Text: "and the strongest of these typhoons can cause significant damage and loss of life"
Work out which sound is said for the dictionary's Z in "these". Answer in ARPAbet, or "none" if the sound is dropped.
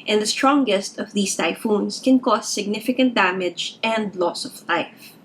S